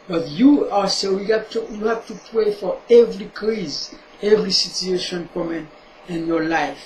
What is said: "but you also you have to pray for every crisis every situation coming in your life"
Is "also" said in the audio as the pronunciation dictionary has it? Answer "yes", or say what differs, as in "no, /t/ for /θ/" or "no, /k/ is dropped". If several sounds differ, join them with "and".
no, /l/ is dropped